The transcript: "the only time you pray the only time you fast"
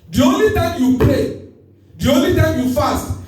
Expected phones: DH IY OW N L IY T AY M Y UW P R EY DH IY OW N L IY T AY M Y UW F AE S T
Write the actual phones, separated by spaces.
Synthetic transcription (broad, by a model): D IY OW N L IY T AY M Y UW P L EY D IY OW N L IY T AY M Y UW F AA S T